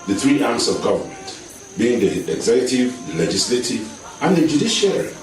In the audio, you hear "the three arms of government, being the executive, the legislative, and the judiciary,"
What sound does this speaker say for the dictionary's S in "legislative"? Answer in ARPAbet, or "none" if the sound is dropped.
S